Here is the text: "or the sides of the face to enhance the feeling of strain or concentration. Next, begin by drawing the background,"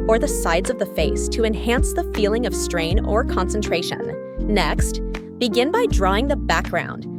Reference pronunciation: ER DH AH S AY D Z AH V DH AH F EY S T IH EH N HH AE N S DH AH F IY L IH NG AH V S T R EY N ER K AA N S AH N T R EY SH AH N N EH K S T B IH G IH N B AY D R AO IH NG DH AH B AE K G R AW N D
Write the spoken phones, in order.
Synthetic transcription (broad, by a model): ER DH AH S AY D Z AH V DH AH F EY S T IH EH N HH AE N S DH AH F IY L IH NG AH V S T R EY N ER K AA N S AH N T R EY SH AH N N EH K S T B IH G IH N B AY D R AO IH NG DH AH B AE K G R AW N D